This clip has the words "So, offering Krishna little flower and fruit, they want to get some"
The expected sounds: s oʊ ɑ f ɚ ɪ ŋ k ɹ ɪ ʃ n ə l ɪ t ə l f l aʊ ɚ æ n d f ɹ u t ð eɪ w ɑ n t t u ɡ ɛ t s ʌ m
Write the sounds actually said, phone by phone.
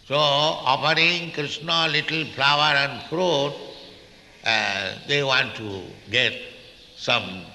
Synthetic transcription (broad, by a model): s oʊ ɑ p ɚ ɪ ŋ k ɹ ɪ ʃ n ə l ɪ t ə l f l aʊ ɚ æ n d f ɹ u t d eɪ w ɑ n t t u ɡ ɛ t s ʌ m